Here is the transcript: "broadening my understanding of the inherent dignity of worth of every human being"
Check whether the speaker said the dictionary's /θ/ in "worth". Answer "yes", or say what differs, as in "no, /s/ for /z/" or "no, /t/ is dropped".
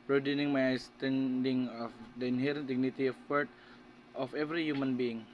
no, /t/ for /θ/